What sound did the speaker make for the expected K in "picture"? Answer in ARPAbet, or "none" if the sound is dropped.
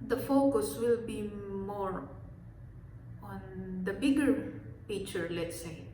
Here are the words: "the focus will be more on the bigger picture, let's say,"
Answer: none